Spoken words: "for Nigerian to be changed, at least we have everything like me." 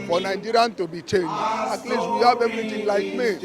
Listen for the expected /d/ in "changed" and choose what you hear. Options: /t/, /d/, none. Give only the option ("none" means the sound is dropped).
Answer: none